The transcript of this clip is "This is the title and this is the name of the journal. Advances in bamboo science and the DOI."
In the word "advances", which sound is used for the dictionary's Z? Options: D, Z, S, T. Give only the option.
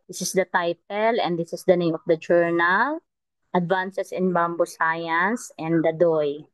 S